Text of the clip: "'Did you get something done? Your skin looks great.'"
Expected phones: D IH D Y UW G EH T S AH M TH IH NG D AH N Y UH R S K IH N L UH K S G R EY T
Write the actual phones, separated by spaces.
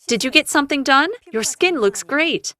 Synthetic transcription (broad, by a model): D IH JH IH G EH T S AH M TH IH NG D AH N Y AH R S K IH N L UH K S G R EY T